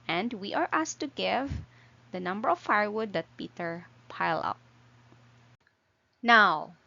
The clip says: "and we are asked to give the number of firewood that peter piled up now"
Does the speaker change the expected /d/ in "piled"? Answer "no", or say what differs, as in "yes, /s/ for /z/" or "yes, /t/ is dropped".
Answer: yes, /d/ is dropped